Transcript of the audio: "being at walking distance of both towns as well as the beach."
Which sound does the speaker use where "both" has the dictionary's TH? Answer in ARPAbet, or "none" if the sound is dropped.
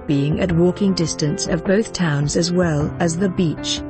TH